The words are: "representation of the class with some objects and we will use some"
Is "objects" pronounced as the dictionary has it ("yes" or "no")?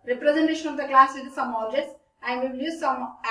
no